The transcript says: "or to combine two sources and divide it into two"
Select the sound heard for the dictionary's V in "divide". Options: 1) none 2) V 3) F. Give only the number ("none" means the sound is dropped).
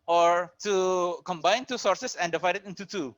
2